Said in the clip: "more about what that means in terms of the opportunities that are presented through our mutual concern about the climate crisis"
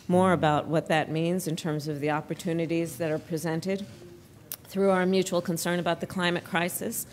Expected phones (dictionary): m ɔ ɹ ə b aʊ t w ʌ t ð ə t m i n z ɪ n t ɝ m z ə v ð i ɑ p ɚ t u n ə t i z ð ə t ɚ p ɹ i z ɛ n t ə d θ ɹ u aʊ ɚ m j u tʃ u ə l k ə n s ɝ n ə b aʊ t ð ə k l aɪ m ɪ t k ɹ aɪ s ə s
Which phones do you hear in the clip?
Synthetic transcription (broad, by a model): m ɔ ɹ ə b aʊ t w ʌ t ð ə t m i n z ɪ n t ɝ m z ə v ð i ɑ p ɚ t u n ə t i z ð ə t ɚ p ɹ i z ɛ n t ə d θ ɹ u aʊ ɚ m j u tʃ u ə l k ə n s ɝ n ə b aʊ t ð ə k l aɪ m ɪ t k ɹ aɪ s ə s